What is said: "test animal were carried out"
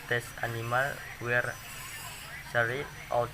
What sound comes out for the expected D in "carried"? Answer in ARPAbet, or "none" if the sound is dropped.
none